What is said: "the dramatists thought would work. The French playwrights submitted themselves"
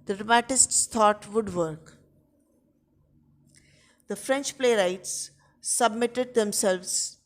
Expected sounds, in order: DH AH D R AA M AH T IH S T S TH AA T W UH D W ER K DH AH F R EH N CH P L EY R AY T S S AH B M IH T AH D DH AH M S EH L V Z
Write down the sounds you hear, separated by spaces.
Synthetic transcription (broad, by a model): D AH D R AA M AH T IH S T S T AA T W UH D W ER K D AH F R EH N CH P L EY R AY T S S AH B M IH T AH D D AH M S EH L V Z